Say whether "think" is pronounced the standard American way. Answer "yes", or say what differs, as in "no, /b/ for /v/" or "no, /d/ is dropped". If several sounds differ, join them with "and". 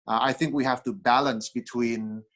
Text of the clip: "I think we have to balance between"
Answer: yes